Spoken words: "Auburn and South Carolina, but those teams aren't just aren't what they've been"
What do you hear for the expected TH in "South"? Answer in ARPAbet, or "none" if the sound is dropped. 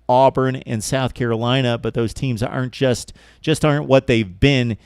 TH